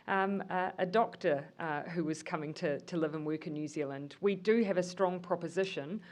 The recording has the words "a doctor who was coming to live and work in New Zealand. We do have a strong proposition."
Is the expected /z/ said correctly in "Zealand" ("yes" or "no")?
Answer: yes